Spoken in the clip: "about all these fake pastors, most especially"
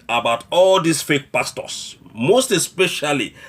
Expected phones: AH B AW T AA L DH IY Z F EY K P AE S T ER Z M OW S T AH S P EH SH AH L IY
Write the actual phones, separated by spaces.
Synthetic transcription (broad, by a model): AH B AW T AA L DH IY S F EY K P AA S T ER S M OW S T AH S P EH SH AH L IY